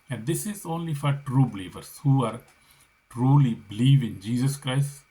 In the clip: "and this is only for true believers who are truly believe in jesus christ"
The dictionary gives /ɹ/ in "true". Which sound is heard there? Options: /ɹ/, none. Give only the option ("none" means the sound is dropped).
/ɹ/